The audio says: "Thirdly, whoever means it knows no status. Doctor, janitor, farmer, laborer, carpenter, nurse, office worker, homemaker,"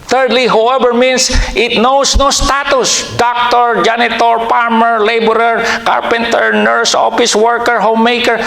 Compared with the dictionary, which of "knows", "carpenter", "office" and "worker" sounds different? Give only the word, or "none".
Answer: knows